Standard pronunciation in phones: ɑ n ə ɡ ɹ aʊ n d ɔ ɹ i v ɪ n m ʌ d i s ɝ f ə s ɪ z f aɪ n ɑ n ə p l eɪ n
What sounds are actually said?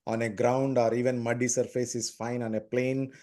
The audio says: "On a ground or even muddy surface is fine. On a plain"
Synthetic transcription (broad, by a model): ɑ n ə ɡ ɹ aʊ n d ɔ ɹ i v ɪ n m ʌ d i s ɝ f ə s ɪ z f aɪ n ɑ n ə p l eɪ n